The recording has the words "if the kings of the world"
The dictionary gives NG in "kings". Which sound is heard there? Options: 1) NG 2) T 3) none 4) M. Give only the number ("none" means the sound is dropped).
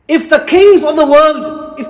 3